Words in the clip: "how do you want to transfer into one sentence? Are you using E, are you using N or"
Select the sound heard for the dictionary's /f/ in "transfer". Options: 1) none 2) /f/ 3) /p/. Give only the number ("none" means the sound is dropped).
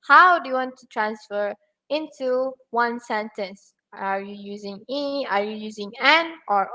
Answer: 2